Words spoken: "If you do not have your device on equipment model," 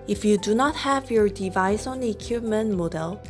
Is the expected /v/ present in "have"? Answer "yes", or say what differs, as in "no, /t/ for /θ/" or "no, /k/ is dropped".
yes